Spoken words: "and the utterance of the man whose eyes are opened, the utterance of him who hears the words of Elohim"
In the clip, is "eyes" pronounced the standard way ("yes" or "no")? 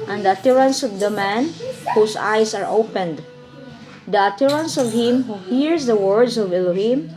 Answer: no